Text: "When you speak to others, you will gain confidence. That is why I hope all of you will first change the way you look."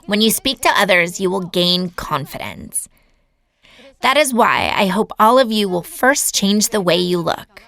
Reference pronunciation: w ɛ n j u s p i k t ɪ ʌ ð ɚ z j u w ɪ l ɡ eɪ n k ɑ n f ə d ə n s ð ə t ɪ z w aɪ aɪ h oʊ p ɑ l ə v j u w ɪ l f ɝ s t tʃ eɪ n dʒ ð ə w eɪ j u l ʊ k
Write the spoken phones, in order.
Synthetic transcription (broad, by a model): w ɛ n j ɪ s p i k t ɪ ʌ ð ɚ z j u w ɪ l ɡ eɪ n k ɑ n f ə d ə n s ð ə t ɪ z w aɪ aɪ h oʊ p ɑ l ə v j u w ɪ l f ɝ s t tʃ eɪ n dʒ ð ə w eɪ j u l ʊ k